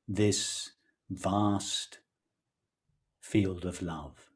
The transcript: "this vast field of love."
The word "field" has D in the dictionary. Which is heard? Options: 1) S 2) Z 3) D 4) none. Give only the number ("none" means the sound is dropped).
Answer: 3